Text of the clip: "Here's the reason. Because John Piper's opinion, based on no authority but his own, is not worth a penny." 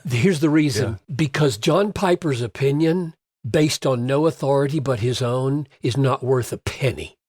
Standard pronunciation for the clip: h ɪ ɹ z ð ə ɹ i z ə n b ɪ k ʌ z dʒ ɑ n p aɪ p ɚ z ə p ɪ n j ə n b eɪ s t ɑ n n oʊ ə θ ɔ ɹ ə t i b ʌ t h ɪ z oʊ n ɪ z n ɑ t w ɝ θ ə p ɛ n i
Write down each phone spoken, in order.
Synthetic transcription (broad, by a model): h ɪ ɹ z ð ə ɹ i z ə n b ɪ k ʌ z dʒ ɑ n p aɪ p ɚ z ə p ɪ n j ə n b eɪ s t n n oʊ ə θ ɔ ɹ ə t i b ʌ t h ɪ z oʊ n ɪ z n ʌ t w ɝ θ ə p ɛ n i